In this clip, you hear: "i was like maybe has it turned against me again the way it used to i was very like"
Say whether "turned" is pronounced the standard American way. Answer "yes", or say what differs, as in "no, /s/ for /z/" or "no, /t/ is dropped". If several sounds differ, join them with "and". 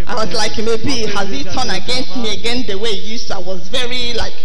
no, /d/ is dropped